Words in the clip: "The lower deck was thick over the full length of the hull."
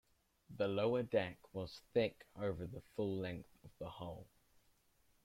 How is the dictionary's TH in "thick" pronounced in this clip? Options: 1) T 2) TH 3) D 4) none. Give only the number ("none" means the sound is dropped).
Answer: 2